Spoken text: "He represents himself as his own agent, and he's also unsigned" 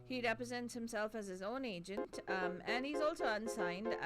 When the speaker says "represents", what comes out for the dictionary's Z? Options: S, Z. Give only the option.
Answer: Z